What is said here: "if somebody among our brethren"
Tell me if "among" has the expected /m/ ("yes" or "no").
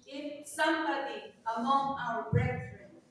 yes